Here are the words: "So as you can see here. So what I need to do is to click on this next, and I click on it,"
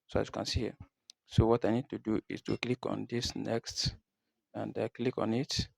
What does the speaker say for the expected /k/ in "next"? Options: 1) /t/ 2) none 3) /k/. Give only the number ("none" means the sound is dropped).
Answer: 3